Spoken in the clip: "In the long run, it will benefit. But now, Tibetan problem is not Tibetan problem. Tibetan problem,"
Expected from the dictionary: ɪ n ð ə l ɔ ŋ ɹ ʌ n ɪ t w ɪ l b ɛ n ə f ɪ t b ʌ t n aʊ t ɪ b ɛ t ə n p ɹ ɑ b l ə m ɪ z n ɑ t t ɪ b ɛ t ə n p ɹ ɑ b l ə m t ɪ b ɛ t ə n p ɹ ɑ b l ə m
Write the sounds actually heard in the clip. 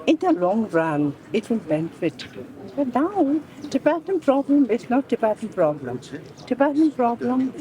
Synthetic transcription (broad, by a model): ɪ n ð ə l ɔ ŋ ɹ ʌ n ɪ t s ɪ n b ɛ n ə f ɪ t b ʌ t n aʊ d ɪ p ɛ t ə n p ɹ ɑ b l ə m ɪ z n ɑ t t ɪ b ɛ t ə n p ɹ ɑ b l ə m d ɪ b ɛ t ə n p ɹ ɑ b l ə m